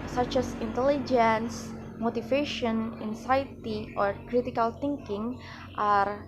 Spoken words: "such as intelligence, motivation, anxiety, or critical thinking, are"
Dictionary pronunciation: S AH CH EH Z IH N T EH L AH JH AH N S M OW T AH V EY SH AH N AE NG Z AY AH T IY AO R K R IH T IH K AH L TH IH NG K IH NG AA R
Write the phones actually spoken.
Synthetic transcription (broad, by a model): S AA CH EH S IH N T EH L AH JH AH N S M OW T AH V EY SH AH N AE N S AY T IY AO R K R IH T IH K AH L T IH NG K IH NG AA R